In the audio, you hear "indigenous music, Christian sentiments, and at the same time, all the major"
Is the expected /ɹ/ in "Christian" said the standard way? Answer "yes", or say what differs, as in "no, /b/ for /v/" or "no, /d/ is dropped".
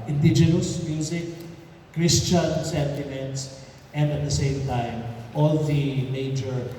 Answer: yes